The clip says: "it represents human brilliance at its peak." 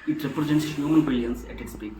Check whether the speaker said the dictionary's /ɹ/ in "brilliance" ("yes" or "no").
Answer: no